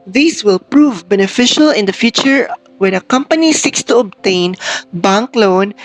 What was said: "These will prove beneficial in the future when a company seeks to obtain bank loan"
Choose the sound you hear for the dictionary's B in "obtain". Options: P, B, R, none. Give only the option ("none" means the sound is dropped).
B